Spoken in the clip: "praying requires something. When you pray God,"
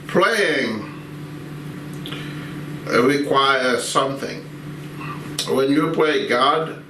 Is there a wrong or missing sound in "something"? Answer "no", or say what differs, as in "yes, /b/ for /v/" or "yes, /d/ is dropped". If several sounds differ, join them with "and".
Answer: no